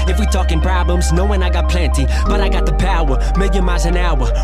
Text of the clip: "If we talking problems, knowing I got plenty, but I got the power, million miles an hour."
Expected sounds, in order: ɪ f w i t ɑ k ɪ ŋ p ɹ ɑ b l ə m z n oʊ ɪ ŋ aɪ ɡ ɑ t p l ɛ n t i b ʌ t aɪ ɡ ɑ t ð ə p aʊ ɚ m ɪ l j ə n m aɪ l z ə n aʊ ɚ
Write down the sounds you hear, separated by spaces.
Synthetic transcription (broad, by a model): ɪ f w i t ɑ k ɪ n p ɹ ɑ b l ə m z n oʊ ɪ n aɪ ɡ ɑ t p l ɛ n t i b ʌ t aɪ ɡ ɑ t ð ə p aʊ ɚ m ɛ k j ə m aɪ z ə n aʊ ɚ